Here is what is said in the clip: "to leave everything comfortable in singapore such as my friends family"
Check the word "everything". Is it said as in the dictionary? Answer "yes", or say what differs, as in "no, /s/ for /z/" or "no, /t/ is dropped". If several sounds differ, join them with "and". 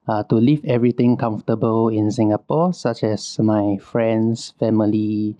no, /t/ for /θ/